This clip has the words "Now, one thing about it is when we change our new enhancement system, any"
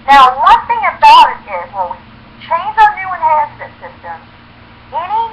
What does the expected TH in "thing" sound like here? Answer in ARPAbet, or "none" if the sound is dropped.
TH